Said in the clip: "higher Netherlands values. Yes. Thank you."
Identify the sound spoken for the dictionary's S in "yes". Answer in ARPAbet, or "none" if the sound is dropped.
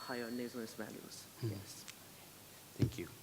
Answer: S